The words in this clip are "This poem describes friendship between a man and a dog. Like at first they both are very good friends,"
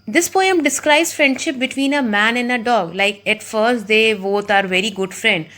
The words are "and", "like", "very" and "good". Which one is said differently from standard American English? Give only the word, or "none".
none